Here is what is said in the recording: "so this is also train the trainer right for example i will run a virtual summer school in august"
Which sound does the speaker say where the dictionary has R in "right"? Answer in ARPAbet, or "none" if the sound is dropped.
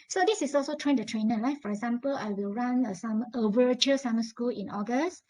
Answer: L